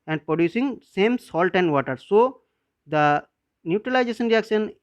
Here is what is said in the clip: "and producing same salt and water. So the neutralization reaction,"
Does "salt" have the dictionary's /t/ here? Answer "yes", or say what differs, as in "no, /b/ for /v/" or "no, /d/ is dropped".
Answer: yes